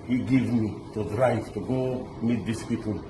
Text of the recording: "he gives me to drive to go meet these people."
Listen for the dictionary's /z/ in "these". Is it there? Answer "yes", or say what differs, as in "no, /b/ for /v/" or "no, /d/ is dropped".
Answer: no, /s/ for /z/